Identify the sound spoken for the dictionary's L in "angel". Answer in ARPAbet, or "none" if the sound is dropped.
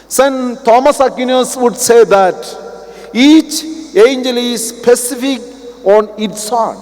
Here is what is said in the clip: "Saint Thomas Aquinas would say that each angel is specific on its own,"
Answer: L